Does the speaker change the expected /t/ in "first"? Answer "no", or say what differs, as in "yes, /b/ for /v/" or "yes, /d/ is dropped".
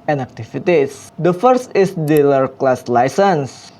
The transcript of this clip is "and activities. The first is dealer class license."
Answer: no